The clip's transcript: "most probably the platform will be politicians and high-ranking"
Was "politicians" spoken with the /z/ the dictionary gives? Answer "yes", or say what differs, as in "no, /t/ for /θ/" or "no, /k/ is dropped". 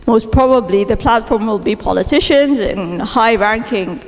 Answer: yes